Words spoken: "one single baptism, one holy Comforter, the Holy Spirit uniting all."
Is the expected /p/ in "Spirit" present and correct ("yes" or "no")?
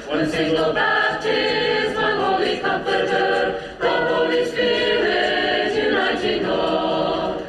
no